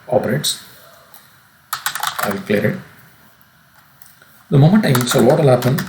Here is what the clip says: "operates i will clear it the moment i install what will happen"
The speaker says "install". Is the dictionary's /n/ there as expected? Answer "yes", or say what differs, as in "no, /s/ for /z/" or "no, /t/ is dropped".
no, /n/ is dropped